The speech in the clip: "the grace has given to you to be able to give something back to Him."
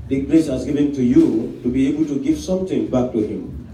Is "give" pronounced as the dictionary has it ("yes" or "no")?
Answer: no